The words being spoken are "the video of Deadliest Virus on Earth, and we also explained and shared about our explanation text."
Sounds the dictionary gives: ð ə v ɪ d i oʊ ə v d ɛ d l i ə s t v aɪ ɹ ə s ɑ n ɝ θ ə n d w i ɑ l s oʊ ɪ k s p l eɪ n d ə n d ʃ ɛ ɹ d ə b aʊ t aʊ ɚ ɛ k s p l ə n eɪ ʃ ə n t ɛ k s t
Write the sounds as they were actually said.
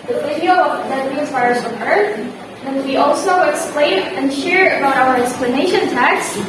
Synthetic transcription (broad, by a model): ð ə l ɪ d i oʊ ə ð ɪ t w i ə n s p aɪ ɹ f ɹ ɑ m ɝ θ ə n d w i ɑ l s oʊ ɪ k s p l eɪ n ə n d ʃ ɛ ɹ ə b aʊ t aʊ ɚ ɛ k s p l ə n eɪ ʃ ə n t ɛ k s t